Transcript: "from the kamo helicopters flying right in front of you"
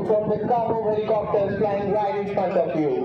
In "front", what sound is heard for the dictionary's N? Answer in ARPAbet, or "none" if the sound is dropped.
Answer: none